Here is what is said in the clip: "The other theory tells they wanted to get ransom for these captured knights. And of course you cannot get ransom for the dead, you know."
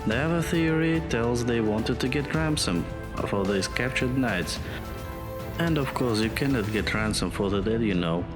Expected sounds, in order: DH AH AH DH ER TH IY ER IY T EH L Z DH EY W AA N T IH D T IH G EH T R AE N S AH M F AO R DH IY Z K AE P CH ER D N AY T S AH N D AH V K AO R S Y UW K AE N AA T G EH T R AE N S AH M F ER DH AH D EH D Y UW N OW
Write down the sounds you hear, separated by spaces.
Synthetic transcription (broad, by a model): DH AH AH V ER TH IY ER IY T EH L Z DH EY W AA N T IH D T IH G EH T R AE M S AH M F AO R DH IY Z K AE P CH ER D N AY T S AH N D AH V K AO R S Y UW K AE N AA T G EH T R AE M S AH M F ER DH AH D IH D Y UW N OW